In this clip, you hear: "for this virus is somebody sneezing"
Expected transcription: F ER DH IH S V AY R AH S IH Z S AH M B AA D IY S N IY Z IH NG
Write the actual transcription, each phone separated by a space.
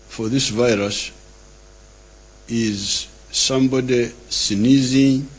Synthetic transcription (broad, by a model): F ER DH IH S V AY R AH S IH Z S AH M B AA D IY S N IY Z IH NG